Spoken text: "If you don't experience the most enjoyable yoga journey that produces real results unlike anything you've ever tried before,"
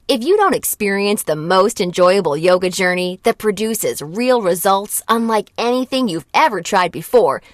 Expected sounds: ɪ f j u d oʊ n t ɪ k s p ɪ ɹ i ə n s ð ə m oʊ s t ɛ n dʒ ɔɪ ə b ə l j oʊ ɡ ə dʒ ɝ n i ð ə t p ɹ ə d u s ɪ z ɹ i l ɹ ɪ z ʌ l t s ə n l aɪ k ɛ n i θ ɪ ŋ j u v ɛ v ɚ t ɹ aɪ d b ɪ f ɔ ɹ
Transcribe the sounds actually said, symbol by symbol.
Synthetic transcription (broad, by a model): ɪ f j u d oʊ n t ɪ k s p ɪ ɹ i ə n s ð ə m oʊ s t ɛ n dʒ ɔɪ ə b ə l j oʊ ɡ ə dʒ ɝ n i ð ə t p ɹ ə d u s ɪ z ɹ i l ɹ ɪ z ʌ l t s ə n l aɪ k ɛ n i θ ɪ ŋ j u v ɛ v ɚ t ɹ aɪ d b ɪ f ɔ ɹ